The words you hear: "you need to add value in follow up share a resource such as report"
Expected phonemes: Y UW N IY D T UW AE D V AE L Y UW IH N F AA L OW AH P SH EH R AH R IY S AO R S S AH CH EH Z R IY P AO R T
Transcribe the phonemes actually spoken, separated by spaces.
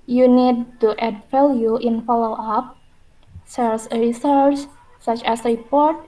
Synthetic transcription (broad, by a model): Y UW N IY D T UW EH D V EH L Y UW IH N F AA L OW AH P S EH L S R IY S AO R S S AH CH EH S R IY P AO R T